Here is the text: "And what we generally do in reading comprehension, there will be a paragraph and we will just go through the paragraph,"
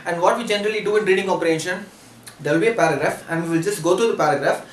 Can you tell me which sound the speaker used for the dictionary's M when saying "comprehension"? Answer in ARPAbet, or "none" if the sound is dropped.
none